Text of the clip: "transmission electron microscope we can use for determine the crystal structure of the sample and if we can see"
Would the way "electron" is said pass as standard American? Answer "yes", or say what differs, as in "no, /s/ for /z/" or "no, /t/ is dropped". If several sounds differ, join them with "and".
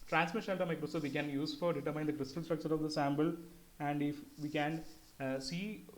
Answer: no, /ɹ/ is dropped